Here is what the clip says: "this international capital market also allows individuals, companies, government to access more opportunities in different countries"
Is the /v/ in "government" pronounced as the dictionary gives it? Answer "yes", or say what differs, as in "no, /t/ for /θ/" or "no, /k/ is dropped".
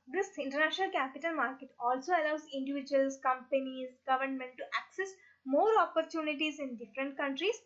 yes